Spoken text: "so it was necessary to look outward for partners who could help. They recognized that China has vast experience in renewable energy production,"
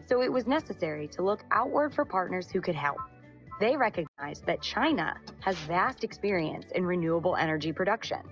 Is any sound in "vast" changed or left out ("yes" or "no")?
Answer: no